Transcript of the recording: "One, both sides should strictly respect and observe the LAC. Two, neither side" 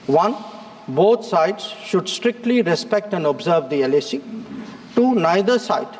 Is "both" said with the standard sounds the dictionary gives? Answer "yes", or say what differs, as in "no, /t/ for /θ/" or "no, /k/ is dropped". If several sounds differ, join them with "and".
no, /t/ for /θ/